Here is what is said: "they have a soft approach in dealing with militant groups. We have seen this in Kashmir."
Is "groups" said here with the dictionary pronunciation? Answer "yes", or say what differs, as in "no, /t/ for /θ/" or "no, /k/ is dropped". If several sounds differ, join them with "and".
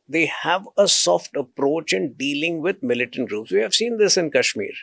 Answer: yes